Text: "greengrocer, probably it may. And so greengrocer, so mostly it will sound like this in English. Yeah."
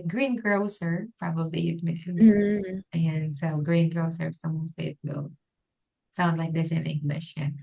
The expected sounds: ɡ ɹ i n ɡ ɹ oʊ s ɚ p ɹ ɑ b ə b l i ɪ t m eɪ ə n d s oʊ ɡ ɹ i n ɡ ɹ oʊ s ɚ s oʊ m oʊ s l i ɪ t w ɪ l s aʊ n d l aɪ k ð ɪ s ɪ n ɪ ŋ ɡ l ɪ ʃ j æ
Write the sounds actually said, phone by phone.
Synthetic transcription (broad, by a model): ɡ ɹ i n ɡ ɹ oʊ s ɚ p ɹ ɑ b ə b l i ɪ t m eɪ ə n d s oʊ ɡ ɹ i n ɡ ɹ oʊ s ɚ s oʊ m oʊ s i ɪ t w ɪ l s aʊ n d l aɪ k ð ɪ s ɪ n ɪ ŋ ɡ l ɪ ʃ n